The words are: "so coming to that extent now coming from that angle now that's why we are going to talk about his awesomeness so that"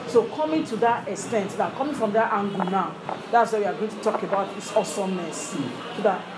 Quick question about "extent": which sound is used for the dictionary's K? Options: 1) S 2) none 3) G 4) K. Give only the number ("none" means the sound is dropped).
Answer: 4